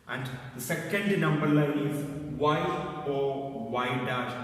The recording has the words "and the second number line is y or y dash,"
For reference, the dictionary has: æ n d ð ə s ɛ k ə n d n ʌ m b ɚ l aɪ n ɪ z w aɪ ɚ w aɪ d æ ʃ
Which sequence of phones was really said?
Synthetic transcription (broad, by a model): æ n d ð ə s ɛ k ə n d n ʌ m b ɚ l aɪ ɪ z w aɪ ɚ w aɪ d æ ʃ